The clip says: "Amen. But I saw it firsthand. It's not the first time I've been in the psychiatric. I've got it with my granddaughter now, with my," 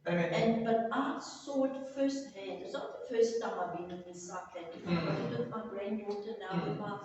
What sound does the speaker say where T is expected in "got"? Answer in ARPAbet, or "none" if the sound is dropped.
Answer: none